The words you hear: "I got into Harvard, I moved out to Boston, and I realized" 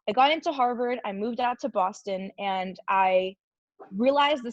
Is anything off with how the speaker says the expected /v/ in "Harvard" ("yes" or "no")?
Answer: no